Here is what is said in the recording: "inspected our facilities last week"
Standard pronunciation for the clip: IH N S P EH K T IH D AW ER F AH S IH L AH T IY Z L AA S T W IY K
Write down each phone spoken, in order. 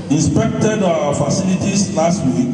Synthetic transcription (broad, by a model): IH N S P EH K T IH D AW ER F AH S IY L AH T IY S L AA S T W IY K